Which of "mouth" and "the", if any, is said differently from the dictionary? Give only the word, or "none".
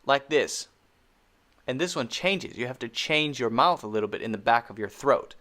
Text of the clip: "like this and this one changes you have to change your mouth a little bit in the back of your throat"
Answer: none